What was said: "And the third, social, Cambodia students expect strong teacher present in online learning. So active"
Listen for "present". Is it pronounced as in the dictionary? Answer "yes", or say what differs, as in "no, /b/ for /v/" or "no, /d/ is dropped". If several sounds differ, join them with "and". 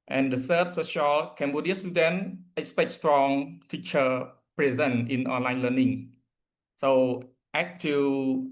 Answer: no, /t/ is dropped